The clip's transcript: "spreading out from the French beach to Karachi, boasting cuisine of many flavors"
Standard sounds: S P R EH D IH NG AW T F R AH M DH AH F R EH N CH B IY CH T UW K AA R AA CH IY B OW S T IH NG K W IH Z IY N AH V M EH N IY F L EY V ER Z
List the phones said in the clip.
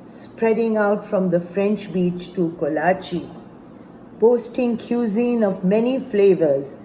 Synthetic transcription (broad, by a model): S P R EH D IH NG AW T F R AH M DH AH F R EH N CH B IY CH T UW K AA L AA CH IY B OW S T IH NG K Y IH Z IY N AH V M EH N IY F L EY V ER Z